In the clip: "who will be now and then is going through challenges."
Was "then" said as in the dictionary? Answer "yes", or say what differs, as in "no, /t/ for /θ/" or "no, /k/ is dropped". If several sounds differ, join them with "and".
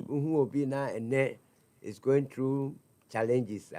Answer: no, /n/ is dropped